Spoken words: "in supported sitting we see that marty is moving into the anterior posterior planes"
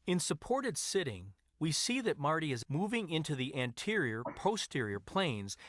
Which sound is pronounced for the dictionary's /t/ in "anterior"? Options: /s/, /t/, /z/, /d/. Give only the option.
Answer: /t/